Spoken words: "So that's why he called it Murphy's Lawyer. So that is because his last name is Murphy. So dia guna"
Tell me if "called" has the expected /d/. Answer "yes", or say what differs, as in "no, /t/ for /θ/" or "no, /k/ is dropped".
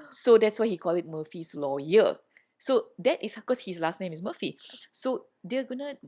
no, /d/ is dropped